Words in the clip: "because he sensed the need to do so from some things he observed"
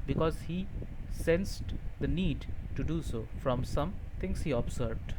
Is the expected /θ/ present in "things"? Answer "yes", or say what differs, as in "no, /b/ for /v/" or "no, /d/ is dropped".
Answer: no, /t/ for /θ/